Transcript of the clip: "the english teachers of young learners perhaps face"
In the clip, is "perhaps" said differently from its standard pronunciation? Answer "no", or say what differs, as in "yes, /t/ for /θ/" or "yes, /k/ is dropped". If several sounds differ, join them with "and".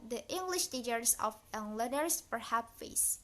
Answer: yes, /s/ is dropped